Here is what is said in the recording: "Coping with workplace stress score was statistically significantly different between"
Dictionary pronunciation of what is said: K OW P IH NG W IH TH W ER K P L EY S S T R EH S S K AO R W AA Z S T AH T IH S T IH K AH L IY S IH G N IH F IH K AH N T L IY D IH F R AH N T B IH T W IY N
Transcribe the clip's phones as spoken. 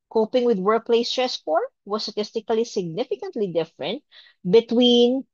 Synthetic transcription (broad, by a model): K OW P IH NG W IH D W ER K P L EY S S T R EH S S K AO R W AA S T AH T IH S T IH K AH L IY S IH G N IH F IH K AH N T L IY D IH F R AH N T B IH T W IY N